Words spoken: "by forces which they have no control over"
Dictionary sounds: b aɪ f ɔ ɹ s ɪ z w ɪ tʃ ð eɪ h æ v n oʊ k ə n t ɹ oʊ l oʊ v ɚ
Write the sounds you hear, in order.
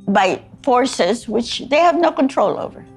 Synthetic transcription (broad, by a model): b aɪ f ɔ ɹ s ɪ z w ɪ tʃ ð eɪ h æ v n oʊ k ə n t ɹ oʊ l oʊ v ɚ